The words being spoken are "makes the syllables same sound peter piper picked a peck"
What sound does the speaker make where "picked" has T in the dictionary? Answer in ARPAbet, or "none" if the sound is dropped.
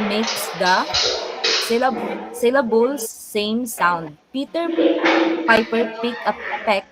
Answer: none